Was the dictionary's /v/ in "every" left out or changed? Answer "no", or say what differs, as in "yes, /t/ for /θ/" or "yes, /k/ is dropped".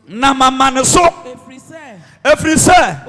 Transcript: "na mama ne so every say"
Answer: yes, /f/ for /v/